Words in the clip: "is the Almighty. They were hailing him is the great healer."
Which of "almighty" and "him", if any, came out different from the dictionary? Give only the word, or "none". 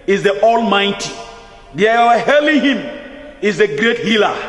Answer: none